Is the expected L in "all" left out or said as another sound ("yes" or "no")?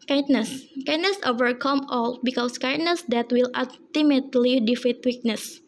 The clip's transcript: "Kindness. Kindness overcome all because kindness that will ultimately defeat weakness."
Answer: no